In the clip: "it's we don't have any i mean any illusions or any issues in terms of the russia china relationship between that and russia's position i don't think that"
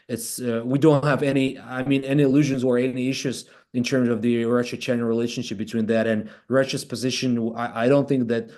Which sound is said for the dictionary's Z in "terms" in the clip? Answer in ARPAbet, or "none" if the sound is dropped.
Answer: Z